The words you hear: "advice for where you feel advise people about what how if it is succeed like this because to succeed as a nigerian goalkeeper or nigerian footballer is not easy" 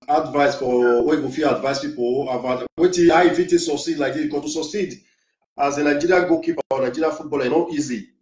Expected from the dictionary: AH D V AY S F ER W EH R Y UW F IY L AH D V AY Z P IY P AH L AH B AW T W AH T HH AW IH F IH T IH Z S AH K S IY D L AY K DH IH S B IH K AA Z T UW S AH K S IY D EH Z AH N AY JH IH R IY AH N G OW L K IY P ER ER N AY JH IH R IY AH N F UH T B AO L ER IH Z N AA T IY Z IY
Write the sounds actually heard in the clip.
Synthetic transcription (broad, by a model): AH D V AY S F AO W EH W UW F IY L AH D V AY S P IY P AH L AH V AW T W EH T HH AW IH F IH T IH S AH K S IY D L AY K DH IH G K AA T UW S AH K S IY D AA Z AH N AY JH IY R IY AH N G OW K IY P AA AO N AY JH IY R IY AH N F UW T B AO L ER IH N AA T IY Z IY